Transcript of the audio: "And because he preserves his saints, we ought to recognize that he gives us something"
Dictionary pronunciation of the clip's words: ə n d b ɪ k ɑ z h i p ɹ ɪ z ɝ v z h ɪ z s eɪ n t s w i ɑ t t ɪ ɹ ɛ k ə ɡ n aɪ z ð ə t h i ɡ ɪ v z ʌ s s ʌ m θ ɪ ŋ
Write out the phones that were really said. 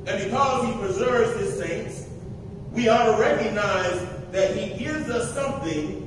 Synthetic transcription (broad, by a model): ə n b ɪ k ɑ z h i p ɹ ɪ z ɝ v z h ɪ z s eɪ n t s w i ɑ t t ɪ ɹ ɛ k ə ɡ n aɪ z ð ə t h i ɡ ɪ v z ʌ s s ʌ m θ ɪ ŋ